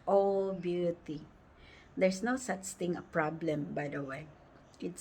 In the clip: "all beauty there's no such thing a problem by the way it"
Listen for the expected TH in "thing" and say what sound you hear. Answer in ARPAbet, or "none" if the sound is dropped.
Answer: T